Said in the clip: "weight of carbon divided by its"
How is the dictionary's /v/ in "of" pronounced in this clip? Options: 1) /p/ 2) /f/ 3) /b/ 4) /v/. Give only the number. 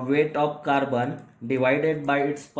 1